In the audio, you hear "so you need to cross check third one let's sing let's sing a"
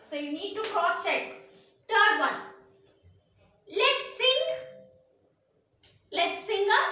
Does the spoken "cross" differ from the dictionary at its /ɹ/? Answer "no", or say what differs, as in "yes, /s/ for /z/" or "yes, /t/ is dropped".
yes, /ɹ/ is dropped